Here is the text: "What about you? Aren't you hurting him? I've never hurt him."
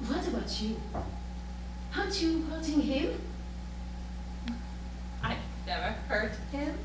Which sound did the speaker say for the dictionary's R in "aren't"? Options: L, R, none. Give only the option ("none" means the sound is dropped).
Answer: none